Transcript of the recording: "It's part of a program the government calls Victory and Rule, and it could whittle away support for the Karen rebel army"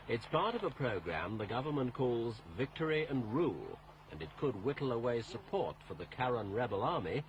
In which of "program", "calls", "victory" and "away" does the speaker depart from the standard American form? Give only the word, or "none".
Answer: none